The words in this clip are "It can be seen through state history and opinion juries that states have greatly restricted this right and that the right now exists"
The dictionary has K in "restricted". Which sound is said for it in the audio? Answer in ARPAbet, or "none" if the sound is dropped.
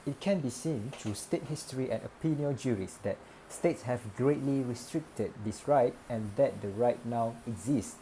K